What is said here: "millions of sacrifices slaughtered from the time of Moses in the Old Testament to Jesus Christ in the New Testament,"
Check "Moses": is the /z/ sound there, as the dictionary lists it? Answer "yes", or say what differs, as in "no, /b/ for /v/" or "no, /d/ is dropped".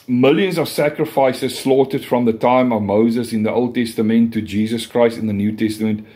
yes